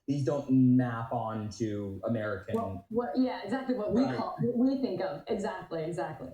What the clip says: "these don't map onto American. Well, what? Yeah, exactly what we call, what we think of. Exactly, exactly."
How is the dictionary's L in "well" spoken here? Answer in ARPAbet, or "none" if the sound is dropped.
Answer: N